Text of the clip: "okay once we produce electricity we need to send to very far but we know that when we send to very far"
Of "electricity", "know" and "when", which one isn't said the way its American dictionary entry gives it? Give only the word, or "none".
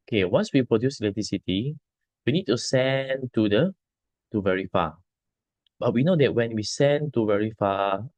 electricity